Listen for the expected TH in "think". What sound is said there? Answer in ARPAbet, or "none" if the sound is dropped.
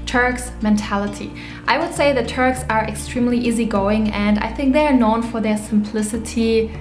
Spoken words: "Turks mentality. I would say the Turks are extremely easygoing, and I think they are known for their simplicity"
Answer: TH